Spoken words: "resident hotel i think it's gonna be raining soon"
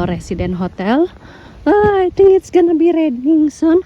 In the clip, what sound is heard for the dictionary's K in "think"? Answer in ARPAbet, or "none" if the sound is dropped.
none